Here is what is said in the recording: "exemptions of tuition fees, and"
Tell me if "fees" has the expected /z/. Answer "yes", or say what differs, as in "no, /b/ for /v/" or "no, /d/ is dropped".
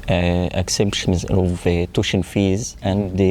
yes